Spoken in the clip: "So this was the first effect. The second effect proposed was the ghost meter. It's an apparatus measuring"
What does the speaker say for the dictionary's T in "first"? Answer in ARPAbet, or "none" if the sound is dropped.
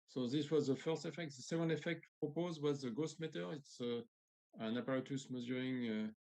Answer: T